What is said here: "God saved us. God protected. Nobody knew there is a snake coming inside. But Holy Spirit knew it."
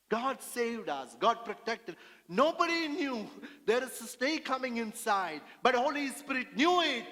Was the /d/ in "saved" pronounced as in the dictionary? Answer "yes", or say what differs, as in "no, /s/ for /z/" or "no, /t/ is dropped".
yes